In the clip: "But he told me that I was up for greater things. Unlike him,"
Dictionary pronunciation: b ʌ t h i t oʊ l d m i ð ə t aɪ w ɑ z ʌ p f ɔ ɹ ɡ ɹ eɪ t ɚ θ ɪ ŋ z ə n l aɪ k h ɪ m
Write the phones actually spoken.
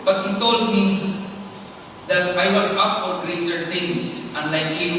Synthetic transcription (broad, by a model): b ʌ t h i t oʊ l d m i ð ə t aɪ w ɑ s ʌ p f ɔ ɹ ɡ ɹ eɪ t ɚ t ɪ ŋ s ə n l aɪ k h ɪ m